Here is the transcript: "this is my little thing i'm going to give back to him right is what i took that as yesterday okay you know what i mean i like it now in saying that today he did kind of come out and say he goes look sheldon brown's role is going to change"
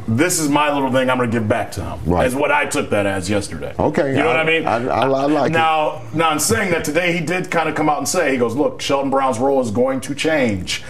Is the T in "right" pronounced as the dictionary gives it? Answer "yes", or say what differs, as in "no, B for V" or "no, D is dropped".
no, T is dropped